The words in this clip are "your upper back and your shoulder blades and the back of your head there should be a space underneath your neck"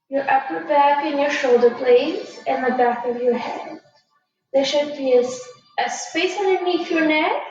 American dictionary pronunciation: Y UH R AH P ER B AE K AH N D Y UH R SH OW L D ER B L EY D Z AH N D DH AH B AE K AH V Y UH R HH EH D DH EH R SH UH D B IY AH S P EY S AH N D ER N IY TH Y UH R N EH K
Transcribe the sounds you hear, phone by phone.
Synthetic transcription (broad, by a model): Y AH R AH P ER B AE K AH N Y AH R SH OW L D ER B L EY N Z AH N DH AH B AE K AH V Y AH R HH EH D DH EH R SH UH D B IY AH S P EY S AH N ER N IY F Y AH R N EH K